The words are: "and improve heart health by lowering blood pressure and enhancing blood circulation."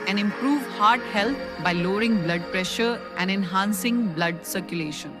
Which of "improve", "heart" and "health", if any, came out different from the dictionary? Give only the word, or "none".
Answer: health